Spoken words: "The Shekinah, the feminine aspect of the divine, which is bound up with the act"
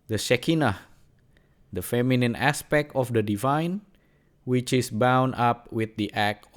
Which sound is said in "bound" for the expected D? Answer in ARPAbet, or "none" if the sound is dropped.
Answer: none